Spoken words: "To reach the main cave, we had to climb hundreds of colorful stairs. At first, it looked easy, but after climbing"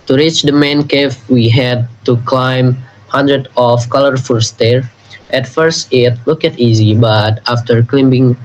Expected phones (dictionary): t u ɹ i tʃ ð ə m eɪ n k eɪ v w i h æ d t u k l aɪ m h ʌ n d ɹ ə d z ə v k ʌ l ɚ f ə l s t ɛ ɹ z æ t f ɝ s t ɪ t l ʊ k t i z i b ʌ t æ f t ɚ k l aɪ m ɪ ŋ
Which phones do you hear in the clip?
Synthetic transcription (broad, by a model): t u ɹ i tʃ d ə m eɪ n k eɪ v w i h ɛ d t u k l aɪ m h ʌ n d ɹ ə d ə f k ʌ l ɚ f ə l s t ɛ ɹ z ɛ t f ɝ s t ɪ t l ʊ k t i z i b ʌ t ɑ f t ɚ k l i m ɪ ŋ